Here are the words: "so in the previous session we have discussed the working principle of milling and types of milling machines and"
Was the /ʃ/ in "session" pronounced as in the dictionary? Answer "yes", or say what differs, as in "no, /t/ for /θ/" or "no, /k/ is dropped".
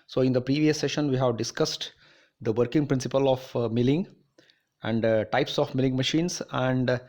yes